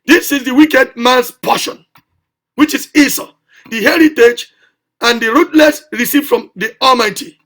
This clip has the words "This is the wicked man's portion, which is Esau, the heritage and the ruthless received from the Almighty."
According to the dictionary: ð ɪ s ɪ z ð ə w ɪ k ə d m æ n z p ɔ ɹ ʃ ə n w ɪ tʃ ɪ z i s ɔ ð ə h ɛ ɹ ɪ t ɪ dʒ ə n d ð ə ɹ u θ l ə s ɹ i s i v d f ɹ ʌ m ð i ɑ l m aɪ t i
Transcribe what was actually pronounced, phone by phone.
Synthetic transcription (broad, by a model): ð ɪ s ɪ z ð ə w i k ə d m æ n s p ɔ ʃ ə n w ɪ tʃ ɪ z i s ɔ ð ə h ɛ ɹ ɪ t ɪ dʒ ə n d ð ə ɹ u t l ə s ɹ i s i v f ɹ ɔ m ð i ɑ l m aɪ t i